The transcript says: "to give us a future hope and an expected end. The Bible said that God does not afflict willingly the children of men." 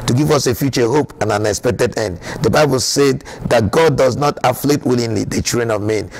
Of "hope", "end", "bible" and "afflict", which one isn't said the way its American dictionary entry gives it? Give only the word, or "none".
afflict